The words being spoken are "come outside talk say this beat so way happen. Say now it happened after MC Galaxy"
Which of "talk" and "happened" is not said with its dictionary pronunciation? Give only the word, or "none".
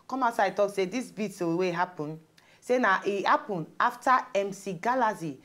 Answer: happened